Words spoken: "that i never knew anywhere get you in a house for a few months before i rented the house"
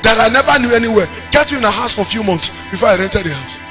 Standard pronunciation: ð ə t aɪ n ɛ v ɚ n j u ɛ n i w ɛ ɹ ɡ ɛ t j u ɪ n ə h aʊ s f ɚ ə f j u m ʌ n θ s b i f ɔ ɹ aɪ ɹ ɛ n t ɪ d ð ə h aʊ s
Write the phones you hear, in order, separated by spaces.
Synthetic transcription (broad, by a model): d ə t aɪ n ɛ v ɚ n j u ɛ n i w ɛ ɡ ɛ t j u ɪ n ə h aʊ s f ə f j u m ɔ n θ s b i f ɔ aɪ ɹ ɛ n t ɪ d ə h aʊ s